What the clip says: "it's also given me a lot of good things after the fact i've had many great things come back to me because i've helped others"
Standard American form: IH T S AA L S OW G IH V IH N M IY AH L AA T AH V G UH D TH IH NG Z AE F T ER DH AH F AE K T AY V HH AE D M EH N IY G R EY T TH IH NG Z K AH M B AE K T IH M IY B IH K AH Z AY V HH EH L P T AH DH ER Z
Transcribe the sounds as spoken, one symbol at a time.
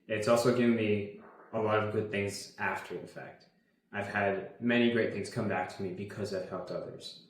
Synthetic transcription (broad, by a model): IH T S AA L S OW G IH V IH N M IY AH L AA T AH V G UH D TH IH NG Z AE F T ER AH F AE K T AY V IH D M EH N IY G R EY T TH IH NG Z K AH M B AE K T IH M IY B IH K AH Z AY V HH EH L P T AH DH ER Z